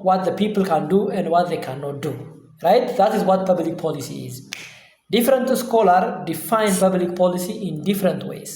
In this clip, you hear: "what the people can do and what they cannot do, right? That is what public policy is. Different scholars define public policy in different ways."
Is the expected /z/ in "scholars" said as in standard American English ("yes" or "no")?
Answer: no